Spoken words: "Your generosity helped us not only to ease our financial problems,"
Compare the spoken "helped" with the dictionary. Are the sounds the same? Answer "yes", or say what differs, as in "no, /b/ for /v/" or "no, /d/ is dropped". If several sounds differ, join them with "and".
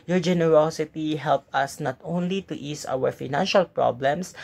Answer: no, /t/ is dropped